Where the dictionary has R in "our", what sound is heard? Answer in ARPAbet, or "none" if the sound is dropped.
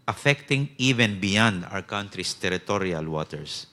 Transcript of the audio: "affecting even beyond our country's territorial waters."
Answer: W